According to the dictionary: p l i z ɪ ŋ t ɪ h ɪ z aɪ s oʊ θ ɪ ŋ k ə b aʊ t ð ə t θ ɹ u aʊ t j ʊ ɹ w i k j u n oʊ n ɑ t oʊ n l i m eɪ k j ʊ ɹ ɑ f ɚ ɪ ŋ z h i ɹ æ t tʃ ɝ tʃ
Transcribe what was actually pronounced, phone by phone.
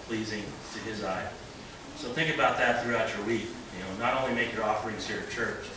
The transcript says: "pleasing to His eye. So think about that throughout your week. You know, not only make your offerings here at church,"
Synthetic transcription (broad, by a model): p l i z ɪ ŋ t ɪ ɪ z aɪ s oʊ θ ɪ ŋ k ə b aʊ t ð ə t θ ɹ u aʊ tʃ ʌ ɹ w i k j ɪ n oʊ n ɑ t oʊ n l i m eɪ k j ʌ ɹ ɑ f ɚ ɪ ŋ z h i ɹ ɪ tʃ ɝ tʃ